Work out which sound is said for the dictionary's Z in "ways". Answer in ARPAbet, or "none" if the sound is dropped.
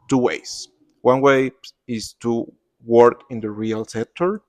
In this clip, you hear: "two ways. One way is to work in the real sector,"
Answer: S